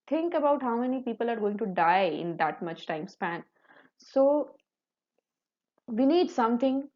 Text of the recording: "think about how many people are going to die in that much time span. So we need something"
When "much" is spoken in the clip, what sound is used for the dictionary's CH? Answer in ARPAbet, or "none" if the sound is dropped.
CH